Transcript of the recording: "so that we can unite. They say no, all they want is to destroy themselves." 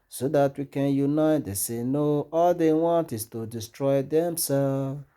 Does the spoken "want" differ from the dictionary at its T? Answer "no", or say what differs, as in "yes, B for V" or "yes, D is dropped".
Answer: no